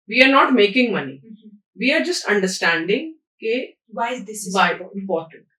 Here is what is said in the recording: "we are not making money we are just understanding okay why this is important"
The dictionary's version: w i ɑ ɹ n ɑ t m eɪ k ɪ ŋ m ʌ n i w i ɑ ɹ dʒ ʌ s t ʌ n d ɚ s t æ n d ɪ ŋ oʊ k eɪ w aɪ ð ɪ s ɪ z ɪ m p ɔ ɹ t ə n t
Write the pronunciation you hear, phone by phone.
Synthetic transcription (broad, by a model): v i ɑ ɹ n ɑ t m eɪ k ɪ ŋ m ʌ n i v i ɑ ɹ dʒ ʌ s t ʌ n d ɚ s t æ n d ɪ ŋ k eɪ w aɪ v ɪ ɪ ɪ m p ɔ ɹ t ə n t